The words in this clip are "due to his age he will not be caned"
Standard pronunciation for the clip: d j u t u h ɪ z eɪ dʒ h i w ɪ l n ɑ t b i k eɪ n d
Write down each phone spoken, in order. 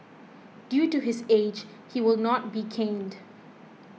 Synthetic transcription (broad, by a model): d j u t u h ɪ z eɪ dʒ h i w ɪ l n ɑ t b i k eɪ n d